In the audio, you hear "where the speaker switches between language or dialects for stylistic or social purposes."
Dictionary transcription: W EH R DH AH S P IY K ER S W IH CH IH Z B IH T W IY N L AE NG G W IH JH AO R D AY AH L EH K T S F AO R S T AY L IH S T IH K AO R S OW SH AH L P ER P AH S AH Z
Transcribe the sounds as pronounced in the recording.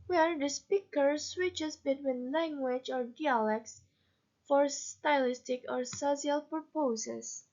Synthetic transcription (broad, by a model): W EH R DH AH S P IY K ER S W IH CH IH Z B IH T W IY N L AE NG G W IH JH AO R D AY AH L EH K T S F AO R S T AY L IH S T IH K AO R S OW S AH L P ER P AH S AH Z